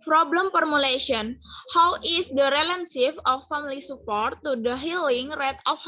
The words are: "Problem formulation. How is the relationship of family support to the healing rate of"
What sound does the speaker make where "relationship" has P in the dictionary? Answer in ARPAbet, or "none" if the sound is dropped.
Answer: F